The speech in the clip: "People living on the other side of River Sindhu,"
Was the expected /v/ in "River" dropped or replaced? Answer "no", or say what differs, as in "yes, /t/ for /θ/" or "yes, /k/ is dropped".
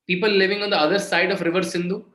no